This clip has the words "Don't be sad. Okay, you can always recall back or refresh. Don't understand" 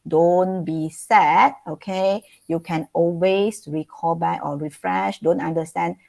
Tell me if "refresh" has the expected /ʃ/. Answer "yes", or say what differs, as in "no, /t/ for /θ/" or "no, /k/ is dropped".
yes